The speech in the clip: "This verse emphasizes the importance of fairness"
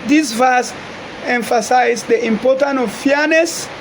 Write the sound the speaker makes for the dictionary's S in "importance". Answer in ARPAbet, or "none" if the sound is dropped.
none